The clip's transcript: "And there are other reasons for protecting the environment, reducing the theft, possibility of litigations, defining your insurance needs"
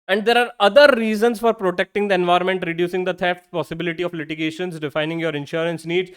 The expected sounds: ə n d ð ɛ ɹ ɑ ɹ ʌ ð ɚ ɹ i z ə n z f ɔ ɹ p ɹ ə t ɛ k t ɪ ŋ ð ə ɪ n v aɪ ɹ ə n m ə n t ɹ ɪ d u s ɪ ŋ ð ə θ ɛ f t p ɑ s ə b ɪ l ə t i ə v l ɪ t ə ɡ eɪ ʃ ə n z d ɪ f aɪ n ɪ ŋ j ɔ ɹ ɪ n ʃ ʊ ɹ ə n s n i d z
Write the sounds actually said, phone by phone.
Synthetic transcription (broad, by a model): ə n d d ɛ ɹ ɑ ɹ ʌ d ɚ ɹ i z ə n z f ɔ ɹ p ɹ ə t ɛ k t ɪ ŋ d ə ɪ n v aɪ ɹ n m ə n t ɹ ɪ d u s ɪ ŋ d ə t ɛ t p ɑ s ə b ɪ l ə t i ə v l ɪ t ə ɡ eɪ ʃ ə n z d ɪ f aɪ n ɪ ŋ j ɔ ɹ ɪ n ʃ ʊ ɹ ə n s n i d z